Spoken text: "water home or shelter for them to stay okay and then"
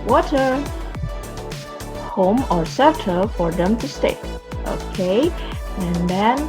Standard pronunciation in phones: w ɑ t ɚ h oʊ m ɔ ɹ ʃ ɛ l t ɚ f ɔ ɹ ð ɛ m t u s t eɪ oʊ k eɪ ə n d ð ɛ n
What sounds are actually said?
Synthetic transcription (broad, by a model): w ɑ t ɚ h oʊ m ɔ ɹ s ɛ t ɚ f ɔ ɹ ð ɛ m t u s t eɪ oʊ k eɪ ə n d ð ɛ n